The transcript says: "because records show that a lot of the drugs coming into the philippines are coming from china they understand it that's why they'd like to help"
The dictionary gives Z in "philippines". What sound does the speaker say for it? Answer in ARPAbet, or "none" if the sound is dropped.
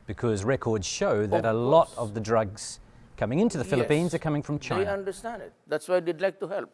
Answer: Z